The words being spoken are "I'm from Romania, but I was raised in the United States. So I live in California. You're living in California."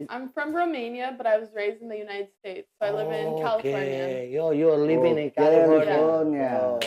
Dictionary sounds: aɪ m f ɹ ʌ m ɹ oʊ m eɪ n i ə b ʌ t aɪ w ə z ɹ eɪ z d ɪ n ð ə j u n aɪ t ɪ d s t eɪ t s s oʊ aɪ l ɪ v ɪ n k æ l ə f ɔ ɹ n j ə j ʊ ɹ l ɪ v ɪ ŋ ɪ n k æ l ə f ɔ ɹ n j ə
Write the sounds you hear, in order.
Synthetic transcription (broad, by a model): aɪ m f ɹ ʌ m ɹ oʊ m eɪ n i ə b ʌ t aɪ w ə z ɹ eɪ z d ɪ n ð ə j u n aɪ t ɪ d s t eɪ t s s oʊ aɪ l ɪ ɪ n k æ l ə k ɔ j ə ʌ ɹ l ɪ v ɪ ŋ ɪ n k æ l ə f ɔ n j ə